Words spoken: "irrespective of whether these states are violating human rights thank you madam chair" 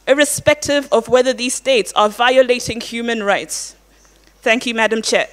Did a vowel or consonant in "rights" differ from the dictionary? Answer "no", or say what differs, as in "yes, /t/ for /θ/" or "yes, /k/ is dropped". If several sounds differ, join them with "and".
no